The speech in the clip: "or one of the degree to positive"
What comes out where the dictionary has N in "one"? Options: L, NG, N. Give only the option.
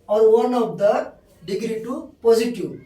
N